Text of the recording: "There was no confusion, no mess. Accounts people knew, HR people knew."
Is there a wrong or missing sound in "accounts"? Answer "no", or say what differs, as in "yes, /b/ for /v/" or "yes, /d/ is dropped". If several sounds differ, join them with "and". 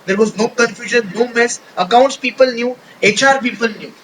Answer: no